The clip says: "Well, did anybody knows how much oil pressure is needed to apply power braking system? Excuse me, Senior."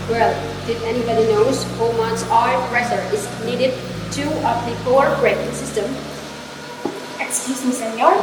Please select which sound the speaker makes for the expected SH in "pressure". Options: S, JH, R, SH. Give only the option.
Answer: S